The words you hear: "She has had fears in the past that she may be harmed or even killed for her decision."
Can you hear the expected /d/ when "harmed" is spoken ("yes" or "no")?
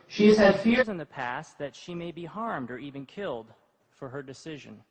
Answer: yes